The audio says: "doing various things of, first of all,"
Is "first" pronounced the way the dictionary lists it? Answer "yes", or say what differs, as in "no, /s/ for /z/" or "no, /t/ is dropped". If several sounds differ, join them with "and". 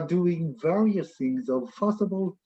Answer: no, /t/ is dropped